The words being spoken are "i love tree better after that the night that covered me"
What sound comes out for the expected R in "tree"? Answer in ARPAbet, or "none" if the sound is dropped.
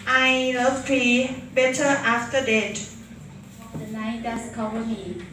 L